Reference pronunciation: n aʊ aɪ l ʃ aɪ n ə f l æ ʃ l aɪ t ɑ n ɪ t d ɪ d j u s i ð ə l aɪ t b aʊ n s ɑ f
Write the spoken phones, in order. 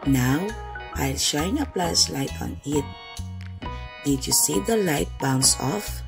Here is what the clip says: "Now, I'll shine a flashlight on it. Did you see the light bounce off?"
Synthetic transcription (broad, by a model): n aʊ aɪ l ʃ aɪ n ə p l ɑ s l aɪ t ɑ n ɪ t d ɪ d j u s i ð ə l aɪ t b aʊ n s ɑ f